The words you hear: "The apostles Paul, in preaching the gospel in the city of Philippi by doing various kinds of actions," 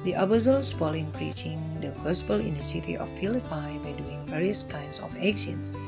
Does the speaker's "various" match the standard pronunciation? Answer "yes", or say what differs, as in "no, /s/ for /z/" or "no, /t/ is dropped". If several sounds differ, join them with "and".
yes